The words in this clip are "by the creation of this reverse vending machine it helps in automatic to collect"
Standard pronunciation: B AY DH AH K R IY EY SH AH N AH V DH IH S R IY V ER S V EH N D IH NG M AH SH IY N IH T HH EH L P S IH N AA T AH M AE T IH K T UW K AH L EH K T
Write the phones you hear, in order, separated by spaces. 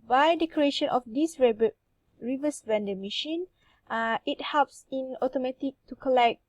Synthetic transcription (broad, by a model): B AY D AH K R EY SH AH N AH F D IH S R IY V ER S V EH N D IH M AH SH IY N IH T HH EH L P S IH N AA T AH M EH T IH K T UW K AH L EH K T